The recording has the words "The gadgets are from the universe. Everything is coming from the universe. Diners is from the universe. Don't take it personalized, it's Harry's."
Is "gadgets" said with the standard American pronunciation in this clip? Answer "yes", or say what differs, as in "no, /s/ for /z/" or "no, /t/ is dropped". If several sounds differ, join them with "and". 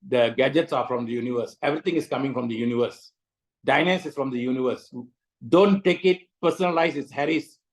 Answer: yes